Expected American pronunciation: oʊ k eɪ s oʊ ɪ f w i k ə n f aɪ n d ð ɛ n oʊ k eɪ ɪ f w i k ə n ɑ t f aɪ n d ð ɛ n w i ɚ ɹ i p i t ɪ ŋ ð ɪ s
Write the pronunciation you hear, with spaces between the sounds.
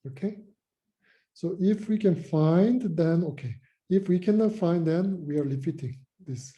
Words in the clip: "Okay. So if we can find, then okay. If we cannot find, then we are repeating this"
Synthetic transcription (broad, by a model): oʊ k eɪ s oʊ ɪ f w i k ə n f aɪ n d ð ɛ n oʊ k eɪ ɪ f w i k ə n ɑ t f aɪ n d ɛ n w i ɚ l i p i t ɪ ŋ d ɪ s